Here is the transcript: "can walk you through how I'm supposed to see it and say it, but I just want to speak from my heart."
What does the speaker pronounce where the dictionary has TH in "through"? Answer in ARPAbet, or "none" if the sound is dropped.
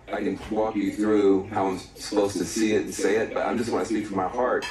TH